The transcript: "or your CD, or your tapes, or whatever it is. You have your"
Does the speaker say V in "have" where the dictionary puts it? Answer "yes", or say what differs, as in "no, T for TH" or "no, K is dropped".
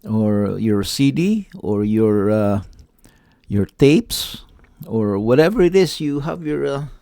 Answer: yes